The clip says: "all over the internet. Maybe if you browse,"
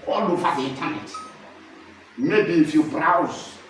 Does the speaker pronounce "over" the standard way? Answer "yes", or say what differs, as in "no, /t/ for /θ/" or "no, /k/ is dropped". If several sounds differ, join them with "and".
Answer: no, /f/ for /v/